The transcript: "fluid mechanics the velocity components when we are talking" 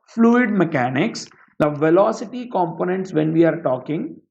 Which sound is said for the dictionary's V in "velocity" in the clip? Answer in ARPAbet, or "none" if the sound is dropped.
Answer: V